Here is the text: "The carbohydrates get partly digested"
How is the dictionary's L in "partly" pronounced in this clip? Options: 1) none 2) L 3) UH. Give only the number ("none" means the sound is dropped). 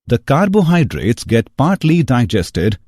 2